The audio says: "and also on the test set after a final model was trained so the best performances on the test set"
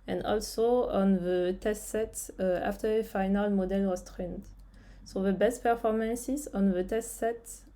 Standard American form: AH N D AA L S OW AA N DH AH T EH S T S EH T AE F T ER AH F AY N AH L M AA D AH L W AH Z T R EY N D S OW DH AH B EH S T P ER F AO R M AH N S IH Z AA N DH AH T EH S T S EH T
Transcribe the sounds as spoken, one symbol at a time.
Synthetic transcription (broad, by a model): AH N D AA L S OW AA N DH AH T EH S T S EH T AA F T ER AH F AY N AH L M AA D AH L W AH S T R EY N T S OW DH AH B EH S T P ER F AO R M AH N S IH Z AA N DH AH T EH S T S EH T